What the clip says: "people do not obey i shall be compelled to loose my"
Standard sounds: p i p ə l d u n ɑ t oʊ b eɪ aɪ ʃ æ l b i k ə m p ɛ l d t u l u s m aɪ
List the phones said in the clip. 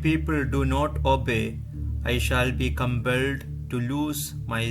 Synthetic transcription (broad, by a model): p i p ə l d u n ɑ t oʊ b eɪ aɪ ʃ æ l b i k ə m p ɛ l d t u l u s m aɪ